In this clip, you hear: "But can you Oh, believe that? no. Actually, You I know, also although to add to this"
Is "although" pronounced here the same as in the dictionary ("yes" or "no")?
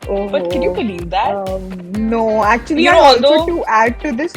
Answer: no